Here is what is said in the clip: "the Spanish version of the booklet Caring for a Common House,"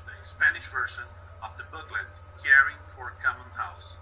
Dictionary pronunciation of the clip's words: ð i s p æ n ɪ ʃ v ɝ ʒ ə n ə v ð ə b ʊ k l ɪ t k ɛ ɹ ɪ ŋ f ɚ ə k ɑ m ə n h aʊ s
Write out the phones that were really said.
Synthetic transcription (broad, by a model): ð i s p æ n ɪ ʃ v ɝ s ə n ə v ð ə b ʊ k l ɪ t k ɛ ɹ ɪ ŋ f ɚ ə k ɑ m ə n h aʊ s